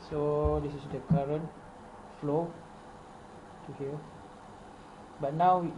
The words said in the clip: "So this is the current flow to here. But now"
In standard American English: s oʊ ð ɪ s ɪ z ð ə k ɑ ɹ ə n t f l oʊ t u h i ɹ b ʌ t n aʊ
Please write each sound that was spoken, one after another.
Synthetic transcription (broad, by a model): s oʊ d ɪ s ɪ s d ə k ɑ ɹ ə n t f l oʊ t u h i l b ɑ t n aʊ